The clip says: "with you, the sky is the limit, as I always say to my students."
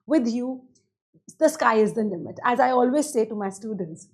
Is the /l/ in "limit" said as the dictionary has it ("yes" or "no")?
no